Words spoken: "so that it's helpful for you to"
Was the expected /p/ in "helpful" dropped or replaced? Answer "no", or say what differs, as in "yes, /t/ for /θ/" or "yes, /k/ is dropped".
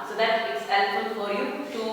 yes, /p/ is dropped